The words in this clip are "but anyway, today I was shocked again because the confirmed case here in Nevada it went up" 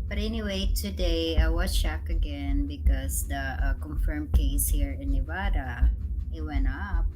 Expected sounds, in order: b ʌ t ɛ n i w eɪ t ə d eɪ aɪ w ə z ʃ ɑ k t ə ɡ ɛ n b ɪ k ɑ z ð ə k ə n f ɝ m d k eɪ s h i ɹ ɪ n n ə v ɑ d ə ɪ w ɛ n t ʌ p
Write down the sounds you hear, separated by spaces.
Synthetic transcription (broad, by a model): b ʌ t ɛ n i w eɪ t ə d eɪ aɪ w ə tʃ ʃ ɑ k ə ɡ ɛ n b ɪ k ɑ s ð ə k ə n f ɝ m k eɪ s h i ɹ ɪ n n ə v ɑ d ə ɪ w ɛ n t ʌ p